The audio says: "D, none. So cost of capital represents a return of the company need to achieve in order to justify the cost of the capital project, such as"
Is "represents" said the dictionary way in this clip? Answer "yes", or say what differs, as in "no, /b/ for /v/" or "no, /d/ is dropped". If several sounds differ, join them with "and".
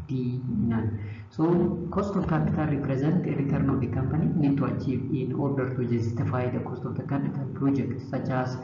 no, /s/ is dropped